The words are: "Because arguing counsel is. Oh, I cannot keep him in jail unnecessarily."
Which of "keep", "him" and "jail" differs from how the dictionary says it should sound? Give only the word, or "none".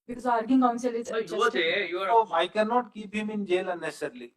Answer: keep